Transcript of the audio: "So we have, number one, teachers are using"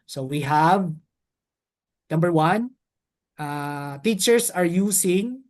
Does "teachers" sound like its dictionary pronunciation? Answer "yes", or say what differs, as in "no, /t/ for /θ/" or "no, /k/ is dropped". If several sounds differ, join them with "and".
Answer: no, /s/ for /z/